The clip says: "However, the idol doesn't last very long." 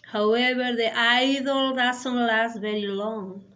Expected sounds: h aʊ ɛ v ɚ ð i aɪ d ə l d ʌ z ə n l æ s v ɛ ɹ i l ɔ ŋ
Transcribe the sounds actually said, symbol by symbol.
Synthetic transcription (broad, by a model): h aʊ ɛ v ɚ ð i aɪ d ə l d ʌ s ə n l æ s v ɛ ɹ i l ɔ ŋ